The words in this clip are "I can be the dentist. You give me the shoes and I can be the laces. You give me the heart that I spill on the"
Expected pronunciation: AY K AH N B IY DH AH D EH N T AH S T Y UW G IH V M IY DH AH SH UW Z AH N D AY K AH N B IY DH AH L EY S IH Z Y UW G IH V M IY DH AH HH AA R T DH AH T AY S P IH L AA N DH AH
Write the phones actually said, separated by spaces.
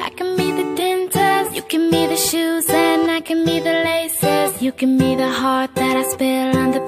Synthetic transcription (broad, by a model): AY K AH N B IY DH AH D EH N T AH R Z Y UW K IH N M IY DH AH SH UW Z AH N AY K AH N B IY DH AH L EY S IH Z Y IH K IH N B IY DH AH HH AA R T DH AH T AY S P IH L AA N DH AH